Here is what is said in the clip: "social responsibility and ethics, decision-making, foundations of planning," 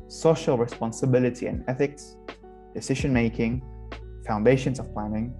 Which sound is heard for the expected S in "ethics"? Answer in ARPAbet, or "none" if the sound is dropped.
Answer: S